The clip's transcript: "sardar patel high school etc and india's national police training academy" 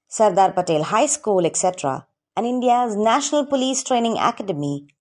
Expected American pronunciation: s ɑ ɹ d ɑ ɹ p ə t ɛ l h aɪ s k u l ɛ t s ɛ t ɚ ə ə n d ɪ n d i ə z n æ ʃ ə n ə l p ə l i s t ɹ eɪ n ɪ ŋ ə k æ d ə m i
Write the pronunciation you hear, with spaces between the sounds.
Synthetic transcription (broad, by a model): s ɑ ɹ d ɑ ɹ p ə t ɛ l h aɪ s k u l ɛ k s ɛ t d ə ə n d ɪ n d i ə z n æ ʃ ə n ə l p ə l i s t ɹ eɪ n ɪ ŋ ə k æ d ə m i